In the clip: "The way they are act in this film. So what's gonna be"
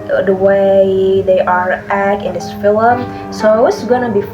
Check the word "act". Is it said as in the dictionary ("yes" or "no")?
no